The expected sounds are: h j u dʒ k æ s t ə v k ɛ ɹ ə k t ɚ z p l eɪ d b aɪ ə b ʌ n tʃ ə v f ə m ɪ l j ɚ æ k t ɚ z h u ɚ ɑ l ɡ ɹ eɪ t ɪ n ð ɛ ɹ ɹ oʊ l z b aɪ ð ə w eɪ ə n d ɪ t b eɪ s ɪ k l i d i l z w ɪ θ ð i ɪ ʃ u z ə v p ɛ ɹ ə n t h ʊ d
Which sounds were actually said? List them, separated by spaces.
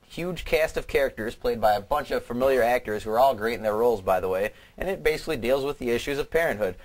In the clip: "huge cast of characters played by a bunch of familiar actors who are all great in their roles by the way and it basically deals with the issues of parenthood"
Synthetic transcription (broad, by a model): h j u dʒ k æ s t ə v k ɛ ɹ ə k t ɚ z p l eɪ d b aɪ ə b ʌ n tʃ ə v f ə m ɪ l j ɚ æ k t ɚ z h u ɚ ɑ l ɡ ɹ eɪ t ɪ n ð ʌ ɹ ɹ oʊ l z b aɪ ð ə w eɪ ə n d ɪ t b eɪ s ɪ k l i d i l z w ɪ ð i ɪ ʃ u z ə v p ɛ ɹ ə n t h ʊ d